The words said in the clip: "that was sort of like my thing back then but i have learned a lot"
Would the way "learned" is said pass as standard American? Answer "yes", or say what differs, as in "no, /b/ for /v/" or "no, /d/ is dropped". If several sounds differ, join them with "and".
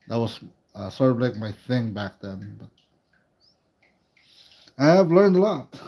yes